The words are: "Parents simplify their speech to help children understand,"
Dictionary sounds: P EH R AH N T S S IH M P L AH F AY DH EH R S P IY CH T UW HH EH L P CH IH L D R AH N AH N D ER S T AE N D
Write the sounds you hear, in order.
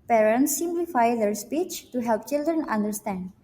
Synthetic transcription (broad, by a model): P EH R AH N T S S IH M P L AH F AY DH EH R S P IY CH T UW HH EH L P CH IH L D R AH N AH N D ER S T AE N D